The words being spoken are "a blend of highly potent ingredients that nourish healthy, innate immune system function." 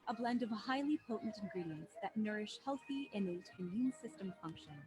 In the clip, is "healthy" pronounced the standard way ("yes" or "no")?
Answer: yes